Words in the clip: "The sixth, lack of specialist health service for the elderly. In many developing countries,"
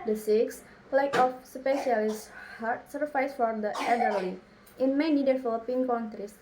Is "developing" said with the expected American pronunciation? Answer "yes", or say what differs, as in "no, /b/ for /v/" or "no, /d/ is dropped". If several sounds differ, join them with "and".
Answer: no, /f/ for /v/